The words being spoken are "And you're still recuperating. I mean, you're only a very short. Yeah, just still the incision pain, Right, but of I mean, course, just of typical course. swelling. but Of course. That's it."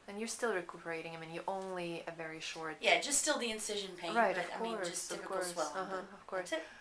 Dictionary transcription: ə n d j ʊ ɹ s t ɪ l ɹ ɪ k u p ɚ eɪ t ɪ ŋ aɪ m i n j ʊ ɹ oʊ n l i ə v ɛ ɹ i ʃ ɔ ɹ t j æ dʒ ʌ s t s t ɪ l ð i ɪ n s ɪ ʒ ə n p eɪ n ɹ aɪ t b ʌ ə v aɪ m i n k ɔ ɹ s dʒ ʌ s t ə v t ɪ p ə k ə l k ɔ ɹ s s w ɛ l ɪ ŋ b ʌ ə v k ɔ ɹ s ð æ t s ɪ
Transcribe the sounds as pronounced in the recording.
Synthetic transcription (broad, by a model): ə n j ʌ ɹ s t ɪ l ɹ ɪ k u p ɚ eɪ t ɪ ŋ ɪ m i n j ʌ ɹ oʊ n l i ə v ɛ ɹ i ʃ ɔ ɹ t j æ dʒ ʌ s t s t ɪ l ð i ɪ n s ɪ ʒ ə n p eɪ ɹ aɪ t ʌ ə v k ɔ ɹ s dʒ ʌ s ə v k k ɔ ɹ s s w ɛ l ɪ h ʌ ə v k ɔ ɹ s s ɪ